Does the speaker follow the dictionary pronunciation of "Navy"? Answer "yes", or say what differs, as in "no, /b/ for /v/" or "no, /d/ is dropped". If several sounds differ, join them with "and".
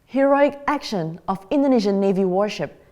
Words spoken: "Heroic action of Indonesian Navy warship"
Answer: yes